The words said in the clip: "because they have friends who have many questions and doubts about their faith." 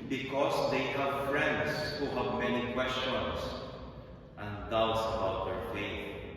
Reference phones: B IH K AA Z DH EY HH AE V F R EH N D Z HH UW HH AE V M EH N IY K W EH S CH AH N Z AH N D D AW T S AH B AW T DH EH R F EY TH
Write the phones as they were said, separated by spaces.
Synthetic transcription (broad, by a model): B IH K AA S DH EY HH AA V F R EH N D S HH UW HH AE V M EH N IY K W EH S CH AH N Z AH N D D AW T S AH B AW T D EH R F EY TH